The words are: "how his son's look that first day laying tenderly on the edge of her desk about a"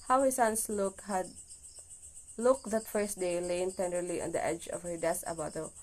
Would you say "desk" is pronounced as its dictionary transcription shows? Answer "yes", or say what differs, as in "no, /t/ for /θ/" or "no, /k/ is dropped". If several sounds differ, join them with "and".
no, /k/ is dropped